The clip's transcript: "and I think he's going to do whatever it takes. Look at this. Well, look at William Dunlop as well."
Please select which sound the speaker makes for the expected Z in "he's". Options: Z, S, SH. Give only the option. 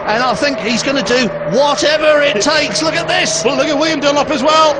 Z